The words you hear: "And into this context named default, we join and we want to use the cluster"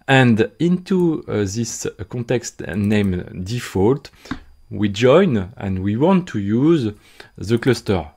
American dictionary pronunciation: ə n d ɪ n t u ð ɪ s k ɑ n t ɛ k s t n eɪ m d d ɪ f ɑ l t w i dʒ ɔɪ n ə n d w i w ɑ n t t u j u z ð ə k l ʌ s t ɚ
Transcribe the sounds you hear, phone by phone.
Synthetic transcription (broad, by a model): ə n d ɪ n t u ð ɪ s k ɑ n t ɛ k s t n eɪ m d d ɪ f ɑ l t w i dʒ ɔɪ n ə n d w i w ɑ n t t u j u z ð ə k l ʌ s t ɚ